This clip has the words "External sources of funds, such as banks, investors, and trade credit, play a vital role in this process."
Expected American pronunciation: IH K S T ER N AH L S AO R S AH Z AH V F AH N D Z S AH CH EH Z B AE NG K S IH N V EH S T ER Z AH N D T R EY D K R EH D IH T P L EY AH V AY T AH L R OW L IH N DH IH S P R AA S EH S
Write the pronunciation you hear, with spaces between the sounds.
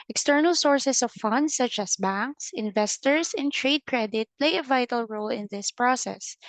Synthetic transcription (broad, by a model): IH K S T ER N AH L S AO R S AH S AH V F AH N D S AH CH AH S B AE NG K S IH N V EH S T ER S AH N T R EY D K R EH D IH T P L EY AH V AY T AH L R OW L IH N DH IH S P R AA S EH S